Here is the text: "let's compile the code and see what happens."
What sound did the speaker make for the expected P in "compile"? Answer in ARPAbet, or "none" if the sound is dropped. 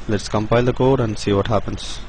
P